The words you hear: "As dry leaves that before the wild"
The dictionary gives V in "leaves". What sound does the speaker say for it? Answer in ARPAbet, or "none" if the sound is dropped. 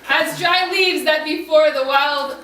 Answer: V